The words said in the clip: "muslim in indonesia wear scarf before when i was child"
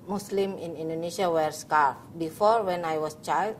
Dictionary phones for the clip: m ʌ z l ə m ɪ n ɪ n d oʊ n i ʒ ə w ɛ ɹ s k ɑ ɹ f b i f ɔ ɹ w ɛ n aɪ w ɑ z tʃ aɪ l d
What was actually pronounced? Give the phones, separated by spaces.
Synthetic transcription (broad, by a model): m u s l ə m ɪ n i n d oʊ n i ʃ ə w ɛ ɹ s k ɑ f b i f ɔ ɹ w ɛ n aɪ w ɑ s tʃ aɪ l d